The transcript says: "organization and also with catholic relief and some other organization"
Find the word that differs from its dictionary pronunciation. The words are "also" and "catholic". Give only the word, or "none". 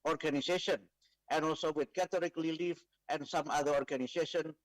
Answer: catholic